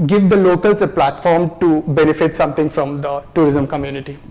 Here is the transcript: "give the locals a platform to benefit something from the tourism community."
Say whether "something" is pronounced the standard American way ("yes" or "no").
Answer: no